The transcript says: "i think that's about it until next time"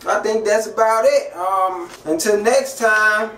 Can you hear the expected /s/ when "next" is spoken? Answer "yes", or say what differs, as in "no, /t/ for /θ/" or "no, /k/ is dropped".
yes